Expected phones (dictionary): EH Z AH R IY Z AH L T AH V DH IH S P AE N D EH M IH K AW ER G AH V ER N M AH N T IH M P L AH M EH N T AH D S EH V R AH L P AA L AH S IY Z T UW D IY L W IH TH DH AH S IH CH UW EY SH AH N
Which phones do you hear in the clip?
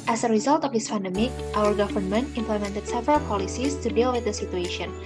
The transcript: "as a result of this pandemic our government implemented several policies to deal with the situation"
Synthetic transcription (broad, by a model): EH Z AH R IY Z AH L T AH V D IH S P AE N D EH M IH K AW ER G AH V ER N M AH N T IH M P L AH M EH N T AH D S EH V R AH L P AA L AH S IY S T UW D IY L W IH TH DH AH S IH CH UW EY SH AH N